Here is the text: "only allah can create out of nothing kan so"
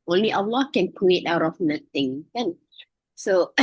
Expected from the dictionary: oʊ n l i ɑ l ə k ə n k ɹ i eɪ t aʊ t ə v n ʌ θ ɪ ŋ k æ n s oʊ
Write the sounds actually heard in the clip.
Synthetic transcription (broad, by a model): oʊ n l i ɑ l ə k ə n k ɹ i eɪ t aʊ t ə f n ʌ t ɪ ŋ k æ n s oʊ